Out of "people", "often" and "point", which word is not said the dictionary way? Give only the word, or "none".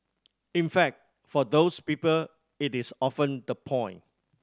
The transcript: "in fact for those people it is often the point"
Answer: point